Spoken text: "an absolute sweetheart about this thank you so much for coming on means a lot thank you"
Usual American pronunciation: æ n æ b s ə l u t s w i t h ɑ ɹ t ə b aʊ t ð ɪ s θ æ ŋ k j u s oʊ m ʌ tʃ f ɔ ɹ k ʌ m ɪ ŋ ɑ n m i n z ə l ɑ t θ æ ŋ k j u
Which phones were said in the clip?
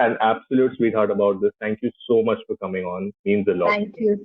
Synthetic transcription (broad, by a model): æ n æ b s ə l u t s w i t h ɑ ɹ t ə b aʊ t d ɪ s t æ ŋ k j u s oʊ m ʌ tʃ f ɔ ɹ k ʌ m ɪ ŋ ɑ n m i n z ə l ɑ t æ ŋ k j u